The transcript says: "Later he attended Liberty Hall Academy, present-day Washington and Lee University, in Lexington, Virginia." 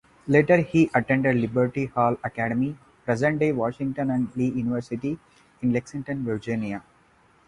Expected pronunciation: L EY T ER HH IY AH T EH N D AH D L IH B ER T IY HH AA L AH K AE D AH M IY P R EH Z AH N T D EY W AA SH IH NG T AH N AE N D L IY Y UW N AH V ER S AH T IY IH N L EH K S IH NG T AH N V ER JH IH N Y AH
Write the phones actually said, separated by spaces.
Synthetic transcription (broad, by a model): L EY T ER HH IY AH T EH N D AH D L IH B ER T IY HH AA L AH K AE D AH M IY P R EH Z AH N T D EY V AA SH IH NG T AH N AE N D L IY Y UW N AH V ER S AH T IY IH N L EH K S IH NG T AH N V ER JH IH N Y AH